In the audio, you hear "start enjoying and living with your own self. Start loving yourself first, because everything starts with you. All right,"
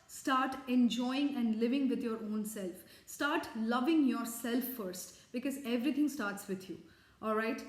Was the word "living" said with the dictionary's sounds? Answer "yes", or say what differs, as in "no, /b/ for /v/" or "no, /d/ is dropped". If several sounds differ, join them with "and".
yes